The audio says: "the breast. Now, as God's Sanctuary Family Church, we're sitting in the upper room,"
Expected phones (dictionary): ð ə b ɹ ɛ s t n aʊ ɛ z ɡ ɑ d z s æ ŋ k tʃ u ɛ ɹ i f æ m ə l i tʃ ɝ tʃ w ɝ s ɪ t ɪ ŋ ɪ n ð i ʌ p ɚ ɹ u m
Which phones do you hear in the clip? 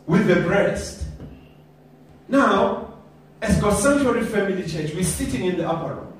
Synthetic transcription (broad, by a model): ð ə b ɹ ɛ s t n aʊ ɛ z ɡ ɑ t s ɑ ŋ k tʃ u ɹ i f æ m ə l i tʃ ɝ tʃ w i s ɪ t ɪ ŋ ɪ n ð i ʌ p ɚ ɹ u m